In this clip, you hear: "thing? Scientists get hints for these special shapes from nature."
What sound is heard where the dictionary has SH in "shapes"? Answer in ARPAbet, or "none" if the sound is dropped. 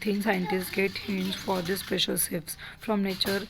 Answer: S